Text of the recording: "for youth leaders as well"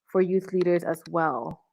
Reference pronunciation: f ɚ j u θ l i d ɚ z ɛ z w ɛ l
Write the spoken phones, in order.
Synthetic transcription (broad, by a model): f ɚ j u θ l i d ɚ z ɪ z w ɛ l